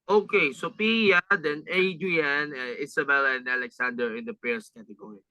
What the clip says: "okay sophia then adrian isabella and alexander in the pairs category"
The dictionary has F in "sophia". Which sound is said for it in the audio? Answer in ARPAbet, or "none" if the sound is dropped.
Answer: P